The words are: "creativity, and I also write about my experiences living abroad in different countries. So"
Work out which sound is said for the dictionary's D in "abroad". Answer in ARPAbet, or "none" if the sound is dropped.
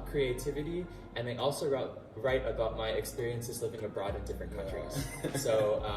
D